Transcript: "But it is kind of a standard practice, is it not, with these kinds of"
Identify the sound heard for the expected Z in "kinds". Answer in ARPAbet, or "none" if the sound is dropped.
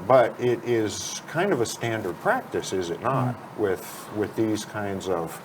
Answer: Z